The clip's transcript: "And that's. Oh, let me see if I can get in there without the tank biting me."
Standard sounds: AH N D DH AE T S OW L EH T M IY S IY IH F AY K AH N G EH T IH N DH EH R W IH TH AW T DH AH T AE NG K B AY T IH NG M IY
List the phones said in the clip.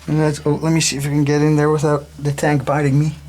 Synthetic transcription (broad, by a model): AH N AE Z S OW L EH T M IY S IY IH F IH K AH N G EH T IH N DH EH R W IH TH AW T DH AH T AE NG K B AY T IH NG M IY